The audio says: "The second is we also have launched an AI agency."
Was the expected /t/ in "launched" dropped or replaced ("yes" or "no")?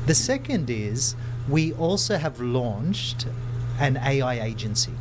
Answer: no